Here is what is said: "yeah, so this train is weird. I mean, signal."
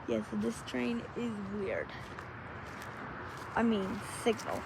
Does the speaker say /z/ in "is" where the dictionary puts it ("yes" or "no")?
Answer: yes